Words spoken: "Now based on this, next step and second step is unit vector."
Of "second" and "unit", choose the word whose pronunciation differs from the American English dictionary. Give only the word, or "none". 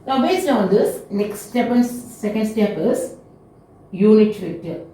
unit